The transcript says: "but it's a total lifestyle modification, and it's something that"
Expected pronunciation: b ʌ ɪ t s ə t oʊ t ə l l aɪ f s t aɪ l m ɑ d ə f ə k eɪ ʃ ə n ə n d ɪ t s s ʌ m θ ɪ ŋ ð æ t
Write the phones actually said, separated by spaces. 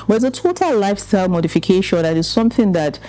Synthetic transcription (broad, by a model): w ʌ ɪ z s ə t oʊ t ə l l aɪ f s t aɪ l m ɑ d ə f ə k eɪ ʃ ə n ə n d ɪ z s s ʌ m θ ɪ ŋ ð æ t